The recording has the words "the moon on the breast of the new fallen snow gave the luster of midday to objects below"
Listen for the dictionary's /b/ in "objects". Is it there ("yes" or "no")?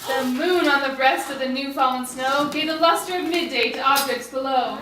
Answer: no